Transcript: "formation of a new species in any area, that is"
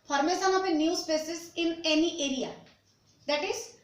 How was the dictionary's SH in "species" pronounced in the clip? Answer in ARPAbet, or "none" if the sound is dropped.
S